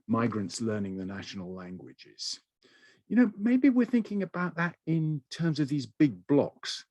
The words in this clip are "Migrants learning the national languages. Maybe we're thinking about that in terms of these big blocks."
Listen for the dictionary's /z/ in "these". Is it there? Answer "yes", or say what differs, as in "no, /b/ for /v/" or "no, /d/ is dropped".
yes